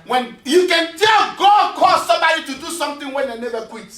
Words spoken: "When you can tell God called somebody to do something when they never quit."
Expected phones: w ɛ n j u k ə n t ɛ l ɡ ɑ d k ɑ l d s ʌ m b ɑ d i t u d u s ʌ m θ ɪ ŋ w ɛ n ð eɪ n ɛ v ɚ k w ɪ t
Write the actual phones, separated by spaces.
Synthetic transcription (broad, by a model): w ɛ n j u k ə n t ɛ l ɡ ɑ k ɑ s ʌ m b ɑ d i t u d u s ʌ m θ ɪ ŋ w ɛ n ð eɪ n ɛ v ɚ k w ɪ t